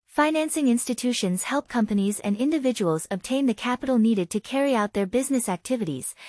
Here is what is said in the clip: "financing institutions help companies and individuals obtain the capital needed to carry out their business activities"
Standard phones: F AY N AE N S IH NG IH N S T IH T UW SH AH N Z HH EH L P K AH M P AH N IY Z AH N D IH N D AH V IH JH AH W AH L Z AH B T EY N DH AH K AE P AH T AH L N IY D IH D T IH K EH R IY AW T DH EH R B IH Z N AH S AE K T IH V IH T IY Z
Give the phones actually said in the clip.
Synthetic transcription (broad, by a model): F AY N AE N S IH NG IH N S T IH T UW SH AH N Z HH EH L P K AH M P AH N IY Z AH N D IH N D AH V IH JH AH W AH L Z AH B T EY N DH AH K AE P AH T L N IY D IH D T IH K EH R IY AW T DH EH R B IH Z N AH S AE K T IH V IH T IY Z